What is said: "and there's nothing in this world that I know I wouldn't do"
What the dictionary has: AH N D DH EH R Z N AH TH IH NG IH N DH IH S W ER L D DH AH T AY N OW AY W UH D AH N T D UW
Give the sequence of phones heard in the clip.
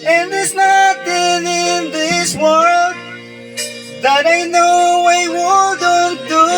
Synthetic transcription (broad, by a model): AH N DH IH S N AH T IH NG IH N DH IH S W ER L D DH AH T AY N OW AY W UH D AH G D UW